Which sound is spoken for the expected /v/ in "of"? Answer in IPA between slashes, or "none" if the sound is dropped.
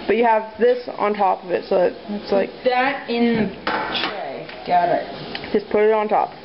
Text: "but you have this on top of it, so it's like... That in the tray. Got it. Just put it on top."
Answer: /v/